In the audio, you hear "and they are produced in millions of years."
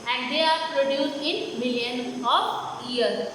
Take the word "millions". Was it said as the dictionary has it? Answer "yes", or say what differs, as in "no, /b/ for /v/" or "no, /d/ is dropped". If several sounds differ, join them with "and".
no, /z/ is dropped